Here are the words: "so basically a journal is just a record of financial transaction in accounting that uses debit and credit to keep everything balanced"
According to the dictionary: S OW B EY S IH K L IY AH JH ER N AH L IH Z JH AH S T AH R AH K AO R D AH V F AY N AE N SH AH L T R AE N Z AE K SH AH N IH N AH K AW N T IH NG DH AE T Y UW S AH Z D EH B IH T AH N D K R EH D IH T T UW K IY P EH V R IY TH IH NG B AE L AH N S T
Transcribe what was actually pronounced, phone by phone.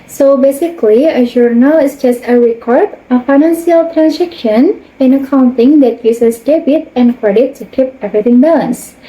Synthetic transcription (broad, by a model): S OW B EY S IH K L IY AH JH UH N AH L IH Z JH AH S T AH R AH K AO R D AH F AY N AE N S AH L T R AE N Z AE K SH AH N IH N AH K AW N T IH NG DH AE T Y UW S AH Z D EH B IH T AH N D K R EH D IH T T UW K IY P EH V R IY T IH NG B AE L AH N S